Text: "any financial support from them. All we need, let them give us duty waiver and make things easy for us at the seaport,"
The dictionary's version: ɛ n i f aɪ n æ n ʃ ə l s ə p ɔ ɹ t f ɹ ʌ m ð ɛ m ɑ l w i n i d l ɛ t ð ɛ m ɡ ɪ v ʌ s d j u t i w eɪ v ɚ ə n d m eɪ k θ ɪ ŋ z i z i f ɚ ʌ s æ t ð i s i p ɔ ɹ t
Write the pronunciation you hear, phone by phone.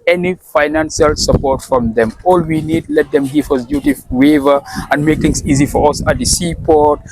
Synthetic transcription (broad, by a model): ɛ n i f aɪ n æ n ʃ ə l s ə p ɔ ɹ t f ɹ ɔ m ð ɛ m ɑ l w i n i d l ɛ t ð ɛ m ɡ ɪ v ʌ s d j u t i w eɪ v ɚ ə n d m eɪ k t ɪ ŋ s i z i f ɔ ʌ s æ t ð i s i p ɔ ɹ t